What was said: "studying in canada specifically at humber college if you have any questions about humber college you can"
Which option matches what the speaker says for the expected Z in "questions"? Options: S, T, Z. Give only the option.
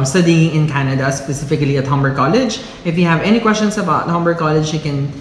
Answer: S